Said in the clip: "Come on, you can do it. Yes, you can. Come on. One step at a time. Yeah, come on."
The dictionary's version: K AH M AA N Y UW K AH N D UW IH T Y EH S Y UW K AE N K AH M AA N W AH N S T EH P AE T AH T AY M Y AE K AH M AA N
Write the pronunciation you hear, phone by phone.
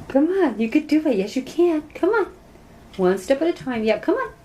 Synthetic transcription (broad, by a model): K AH M AA N Y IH K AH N D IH IH T Y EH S Y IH K AE N K AH M AA N W AH N S T EH P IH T AH T AY M Y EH K AH M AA N